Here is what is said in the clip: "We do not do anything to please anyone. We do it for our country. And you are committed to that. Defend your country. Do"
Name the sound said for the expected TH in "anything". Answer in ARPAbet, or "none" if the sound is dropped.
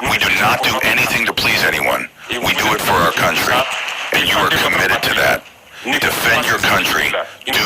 TH